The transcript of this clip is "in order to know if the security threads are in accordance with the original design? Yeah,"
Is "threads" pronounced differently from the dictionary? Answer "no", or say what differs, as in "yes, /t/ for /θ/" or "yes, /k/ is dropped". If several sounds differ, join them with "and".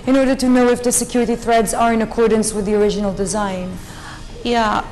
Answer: no